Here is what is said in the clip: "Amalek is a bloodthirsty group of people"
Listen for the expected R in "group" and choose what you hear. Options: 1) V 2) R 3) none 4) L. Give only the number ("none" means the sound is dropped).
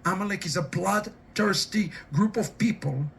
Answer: 2